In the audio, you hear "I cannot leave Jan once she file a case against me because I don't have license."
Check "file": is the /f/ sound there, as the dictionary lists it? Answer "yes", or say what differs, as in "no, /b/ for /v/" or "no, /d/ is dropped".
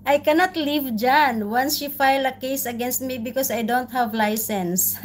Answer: yes